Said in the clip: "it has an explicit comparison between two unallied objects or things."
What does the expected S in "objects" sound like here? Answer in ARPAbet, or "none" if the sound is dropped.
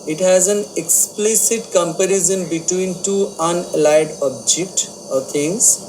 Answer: none